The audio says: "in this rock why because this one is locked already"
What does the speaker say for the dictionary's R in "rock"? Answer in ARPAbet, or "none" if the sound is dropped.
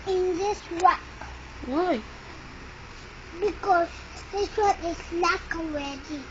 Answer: W